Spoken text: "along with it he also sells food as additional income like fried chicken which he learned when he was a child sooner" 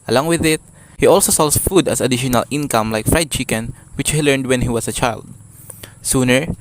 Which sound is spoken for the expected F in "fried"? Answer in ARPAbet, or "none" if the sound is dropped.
F